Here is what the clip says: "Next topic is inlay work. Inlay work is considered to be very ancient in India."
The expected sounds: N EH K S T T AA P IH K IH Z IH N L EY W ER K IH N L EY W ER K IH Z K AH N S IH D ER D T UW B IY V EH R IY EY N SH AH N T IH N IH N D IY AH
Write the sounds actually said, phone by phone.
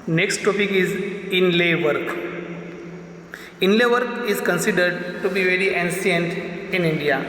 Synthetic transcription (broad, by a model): N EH K S T T AA P IH K IH Z IH N L EY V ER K IH N L EY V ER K IH Z K AH N S IH D ER D T UW B IY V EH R IY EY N S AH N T IH N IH N D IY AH